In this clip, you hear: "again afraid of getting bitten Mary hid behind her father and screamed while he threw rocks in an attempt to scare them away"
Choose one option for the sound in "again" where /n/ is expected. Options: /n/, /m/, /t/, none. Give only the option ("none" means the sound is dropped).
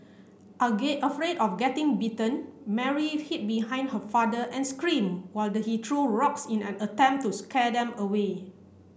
none